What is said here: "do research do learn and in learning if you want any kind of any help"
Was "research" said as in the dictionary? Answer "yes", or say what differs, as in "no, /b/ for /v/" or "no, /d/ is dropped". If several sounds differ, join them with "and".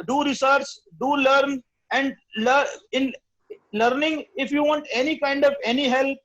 no, /s/ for /tʃ/